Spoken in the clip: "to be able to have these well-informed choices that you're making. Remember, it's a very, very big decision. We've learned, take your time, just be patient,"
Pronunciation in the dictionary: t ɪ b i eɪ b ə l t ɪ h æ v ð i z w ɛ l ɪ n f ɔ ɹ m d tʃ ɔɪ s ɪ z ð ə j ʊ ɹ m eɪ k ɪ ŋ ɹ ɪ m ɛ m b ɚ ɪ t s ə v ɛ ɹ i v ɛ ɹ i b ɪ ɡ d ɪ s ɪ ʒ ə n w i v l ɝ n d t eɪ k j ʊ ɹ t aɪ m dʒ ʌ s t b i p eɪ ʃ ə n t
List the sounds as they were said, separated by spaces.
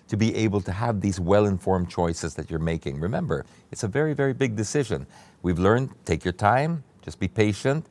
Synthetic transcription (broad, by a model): t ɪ b i eɪ b l t ɪ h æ v ð i z w ɛ l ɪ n f ɔ ɹ m tʃ ɔɪ s ɪ z ð ə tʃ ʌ ɹ m eɪ k ɪ ŋ ɹ ɪ m ɛ m b ɚ ɪ t s ə v ɛ ɹ i v ɛ ɹ i b ɪ ɡ d ɪ s ɪ ʒ ə n w i v l ɝ n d t eɪ k j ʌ ɹ t aɪ m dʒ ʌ s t b i p eɪ ʃ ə n t